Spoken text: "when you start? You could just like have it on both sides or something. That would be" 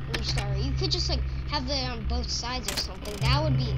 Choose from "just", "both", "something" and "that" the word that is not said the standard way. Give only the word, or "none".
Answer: none